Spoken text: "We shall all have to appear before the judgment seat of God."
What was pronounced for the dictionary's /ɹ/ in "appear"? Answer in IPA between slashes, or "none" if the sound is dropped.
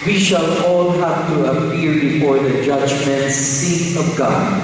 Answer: /l/